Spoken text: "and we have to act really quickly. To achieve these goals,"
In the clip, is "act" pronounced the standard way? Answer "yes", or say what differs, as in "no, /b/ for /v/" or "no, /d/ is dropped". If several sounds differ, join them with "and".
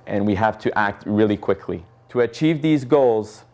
yes